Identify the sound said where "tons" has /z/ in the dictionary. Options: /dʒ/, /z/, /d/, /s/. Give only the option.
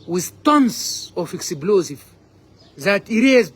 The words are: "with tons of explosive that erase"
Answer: /s/